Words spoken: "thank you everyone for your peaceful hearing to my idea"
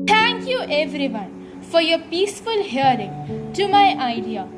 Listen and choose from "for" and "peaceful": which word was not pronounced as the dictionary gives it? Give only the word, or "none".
none